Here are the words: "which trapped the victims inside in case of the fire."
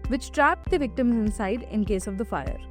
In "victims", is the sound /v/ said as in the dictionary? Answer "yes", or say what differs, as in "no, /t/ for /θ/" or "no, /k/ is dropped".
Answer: yes